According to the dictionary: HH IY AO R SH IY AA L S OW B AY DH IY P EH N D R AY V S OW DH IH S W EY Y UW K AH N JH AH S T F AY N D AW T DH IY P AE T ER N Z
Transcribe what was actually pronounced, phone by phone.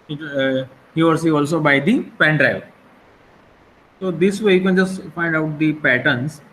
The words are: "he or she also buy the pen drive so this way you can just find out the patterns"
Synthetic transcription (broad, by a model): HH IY AO R S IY AA L S OW B AY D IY P EH N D R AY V S OW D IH S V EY Y UW K AH N JH AH S T F AY N D AW T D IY P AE T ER N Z